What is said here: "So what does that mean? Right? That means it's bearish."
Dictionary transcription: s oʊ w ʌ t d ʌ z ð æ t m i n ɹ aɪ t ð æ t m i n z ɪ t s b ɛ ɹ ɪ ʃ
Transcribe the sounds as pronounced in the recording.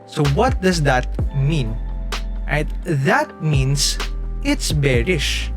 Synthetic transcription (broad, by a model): s oʊ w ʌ t d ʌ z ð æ t m i n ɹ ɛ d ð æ t m i n s ɪ t s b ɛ ɹ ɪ ʃ